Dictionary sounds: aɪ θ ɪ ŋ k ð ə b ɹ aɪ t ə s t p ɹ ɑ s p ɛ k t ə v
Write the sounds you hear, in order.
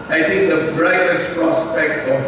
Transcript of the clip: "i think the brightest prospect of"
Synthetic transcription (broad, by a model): aɪ t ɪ ŋ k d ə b ɹ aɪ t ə s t p ɹ ɑ s p ɛ k t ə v